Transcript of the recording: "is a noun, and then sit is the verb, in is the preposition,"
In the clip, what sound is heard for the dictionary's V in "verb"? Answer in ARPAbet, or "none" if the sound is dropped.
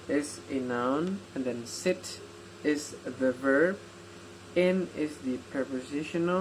V